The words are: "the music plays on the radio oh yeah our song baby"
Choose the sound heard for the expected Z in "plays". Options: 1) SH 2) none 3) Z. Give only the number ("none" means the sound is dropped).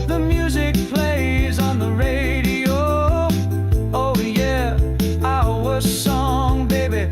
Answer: 3